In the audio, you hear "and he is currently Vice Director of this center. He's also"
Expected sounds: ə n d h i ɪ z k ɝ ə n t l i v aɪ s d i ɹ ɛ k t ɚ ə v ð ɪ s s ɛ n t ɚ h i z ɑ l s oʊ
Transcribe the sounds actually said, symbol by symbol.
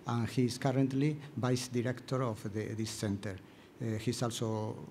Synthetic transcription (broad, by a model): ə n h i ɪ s k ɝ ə n t l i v aɪ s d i ɹ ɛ k t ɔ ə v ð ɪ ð s ɛ n t ɚ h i s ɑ l s oʊ